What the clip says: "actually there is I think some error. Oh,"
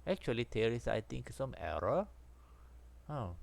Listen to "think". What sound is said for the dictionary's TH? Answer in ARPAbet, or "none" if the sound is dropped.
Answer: T